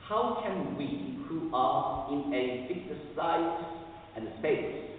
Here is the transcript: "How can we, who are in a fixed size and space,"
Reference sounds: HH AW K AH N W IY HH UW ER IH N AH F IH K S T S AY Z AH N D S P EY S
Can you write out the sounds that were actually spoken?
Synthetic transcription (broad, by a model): HH AW K AH N W IY HH UW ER IH N AH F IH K T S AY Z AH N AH S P EY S